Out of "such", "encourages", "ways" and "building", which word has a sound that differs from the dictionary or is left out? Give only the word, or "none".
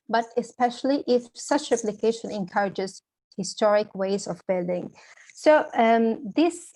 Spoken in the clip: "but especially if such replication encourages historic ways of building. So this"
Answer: none